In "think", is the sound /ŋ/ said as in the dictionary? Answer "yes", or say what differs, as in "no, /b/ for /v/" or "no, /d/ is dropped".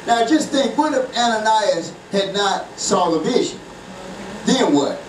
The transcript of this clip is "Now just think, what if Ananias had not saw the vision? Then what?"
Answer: no, /ŋ/ is dropped